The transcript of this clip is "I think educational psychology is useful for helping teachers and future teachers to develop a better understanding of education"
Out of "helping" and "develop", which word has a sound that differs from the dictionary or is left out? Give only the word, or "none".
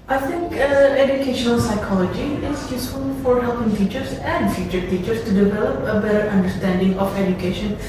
none